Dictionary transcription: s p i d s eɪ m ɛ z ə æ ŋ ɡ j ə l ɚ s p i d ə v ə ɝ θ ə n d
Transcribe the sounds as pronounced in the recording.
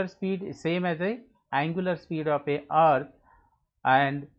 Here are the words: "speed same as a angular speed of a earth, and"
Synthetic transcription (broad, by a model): s p i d s eɪ m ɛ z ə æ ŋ ɡ j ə l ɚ s p i d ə p ə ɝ t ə n d